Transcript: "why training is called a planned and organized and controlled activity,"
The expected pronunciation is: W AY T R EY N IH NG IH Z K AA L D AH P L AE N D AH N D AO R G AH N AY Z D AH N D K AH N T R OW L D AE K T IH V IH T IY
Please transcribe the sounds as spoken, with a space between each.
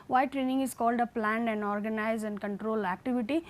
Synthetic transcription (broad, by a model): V AY T R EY N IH NG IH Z K AA L D AH P L AE N D AH N D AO R G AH N AY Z AH N D K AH N T R OW L AE K T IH V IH T IY